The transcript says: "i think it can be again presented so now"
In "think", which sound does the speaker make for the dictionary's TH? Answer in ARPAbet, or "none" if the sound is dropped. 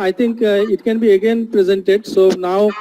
T